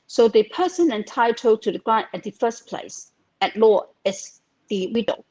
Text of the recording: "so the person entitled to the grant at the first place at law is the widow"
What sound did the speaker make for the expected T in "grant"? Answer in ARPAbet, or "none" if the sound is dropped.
none